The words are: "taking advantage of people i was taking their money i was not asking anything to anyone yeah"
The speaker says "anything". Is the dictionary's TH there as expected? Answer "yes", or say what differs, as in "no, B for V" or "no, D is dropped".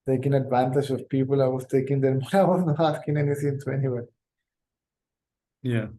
no, S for TH